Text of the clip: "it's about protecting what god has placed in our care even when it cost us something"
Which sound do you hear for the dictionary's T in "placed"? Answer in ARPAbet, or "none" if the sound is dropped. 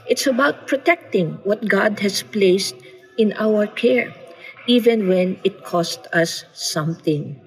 T